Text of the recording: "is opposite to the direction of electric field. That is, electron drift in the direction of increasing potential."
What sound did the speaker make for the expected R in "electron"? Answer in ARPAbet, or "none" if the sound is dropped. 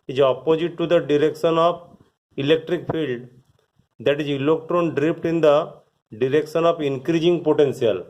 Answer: R